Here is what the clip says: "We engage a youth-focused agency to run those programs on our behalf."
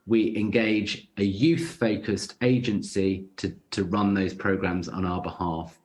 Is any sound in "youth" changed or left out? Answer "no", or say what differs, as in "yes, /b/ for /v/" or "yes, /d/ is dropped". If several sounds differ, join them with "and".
no